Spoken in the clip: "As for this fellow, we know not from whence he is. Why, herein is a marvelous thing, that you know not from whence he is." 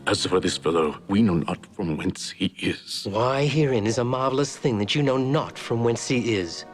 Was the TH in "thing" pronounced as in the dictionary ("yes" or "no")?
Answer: yes